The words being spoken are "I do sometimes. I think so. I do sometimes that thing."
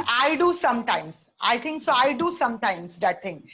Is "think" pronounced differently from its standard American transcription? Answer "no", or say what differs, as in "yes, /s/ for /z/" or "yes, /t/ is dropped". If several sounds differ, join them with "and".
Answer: yes, /t/ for /θ/